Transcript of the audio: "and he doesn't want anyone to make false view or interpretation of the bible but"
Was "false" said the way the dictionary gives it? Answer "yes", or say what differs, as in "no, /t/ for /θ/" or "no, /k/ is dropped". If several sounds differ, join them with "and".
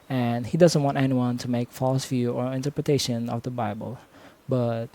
yes